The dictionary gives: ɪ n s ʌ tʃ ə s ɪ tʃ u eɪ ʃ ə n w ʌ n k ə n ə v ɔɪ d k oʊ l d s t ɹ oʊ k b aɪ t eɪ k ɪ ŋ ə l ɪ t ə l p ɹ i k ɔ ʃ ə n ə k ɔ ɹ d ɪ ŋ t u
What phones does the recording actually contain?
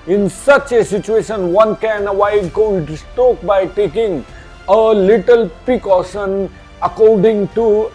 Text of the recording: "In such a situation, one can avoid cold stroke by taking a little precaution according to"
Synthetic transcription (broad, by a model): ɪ n s ʌ tʃ ə s ɪ tʃ u eɪ ʃ ə n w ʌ n k ə n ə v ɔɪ d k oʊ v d s t oʊ k b aɪ t eɪ k ɪ ŋ ə l ɪ t ə l p ɹ i k ɔ ʃ ə n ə k ɔ ɹ d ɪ ŋ t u